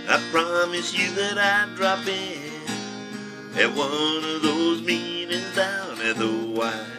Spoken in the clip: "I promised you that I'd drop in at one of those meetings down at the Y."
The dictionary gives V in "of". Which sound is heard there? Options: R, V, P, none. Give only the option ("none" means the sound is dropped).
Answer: V